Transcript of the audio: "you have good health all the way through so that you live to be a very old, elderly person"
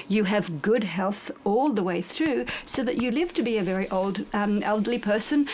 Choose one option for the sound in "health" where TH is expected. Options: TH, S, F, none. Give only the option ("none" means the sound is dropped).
TH